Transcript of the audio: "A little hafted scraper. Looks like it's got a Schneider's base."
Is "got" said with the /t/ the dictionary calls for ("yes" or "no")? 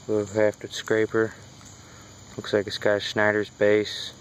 no